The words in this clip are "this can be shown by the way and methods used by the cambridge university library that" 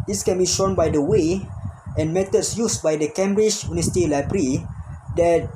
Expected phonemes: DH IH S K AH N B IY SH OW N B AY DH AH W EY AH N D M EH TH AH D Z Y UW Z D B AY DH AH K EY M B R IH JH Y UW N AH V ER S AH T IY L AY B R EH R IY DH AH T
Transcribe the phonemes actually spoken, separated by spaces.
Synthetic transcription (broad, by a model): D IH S K AH N B IY SH OW N B AY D AH W EY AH N M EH T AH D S Y UW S B AY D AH K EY M B R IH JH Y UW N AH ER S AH T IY L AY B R R IY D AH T